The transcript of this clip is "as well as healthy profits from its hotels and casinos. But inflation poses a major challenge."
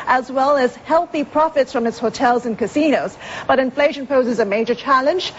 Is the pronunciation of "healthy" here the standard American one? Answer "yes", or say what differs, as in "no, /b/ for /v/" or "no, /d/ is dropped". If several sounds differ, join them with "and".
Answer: yes